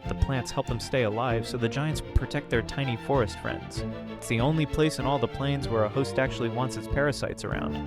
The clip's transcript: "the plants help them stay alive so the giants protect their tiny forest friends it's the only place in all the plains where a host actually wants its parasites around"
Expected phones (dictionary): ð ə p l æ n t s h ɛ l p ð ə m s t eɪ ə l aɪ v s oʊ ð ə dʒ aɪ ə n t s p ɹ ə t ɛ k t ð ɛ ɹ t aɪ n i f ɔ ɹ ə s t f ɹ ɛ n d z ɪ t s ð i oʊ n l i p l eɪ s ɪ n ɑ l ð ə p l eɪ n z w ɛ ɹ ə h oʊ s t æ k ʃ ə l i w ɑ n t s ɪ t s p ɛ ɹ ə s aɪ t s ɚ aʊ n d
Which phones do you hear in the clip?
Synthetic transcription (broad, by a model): ð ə p l æ n t s h ɛ l p ð ə m s t eɪ ə l aɪ v s oʊ ð ə dʒ aɪ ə n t s p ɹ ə t ɛ k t ð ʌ ɹ t aɪ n i f ɔ ɹ ə s t f ɹ ɛ n d z ɪ t s ð i oʊ n l i p l eɪ s ɪ n ɑ l ð ə p l eɪ n z w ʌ ɹ ə h oʊ s t æ k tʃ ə l i w ɑ n t s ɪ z p ɛ ɹ ə s aɪ t s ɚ aʊ n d